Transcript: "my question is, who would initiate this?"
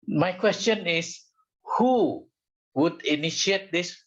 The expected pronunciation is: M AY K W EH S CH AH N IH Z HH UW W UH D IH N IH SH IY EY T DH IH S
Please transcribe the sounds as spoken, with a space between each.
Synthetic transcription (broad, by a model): M AY K W EH S CH AH N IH S HH UW W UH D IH N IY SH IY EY T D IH S